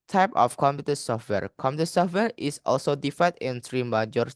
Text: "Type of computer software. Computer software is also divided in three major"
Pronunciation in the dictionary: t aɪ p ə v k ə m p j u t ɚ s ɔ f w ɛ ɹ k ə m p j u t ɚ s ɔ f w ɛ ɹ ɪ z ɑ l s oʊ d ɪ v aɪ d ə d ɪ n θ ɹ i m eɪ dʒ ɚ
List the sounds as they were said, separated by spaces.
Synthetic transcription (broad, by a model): t aɪ p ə f k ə m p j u t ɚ s ɔ f w ɛ ɹ k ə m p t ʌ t s ɔ f w ɛ ɹ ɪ s ɑ l s oʊ d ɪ f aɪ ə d ɪ n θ ɹ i m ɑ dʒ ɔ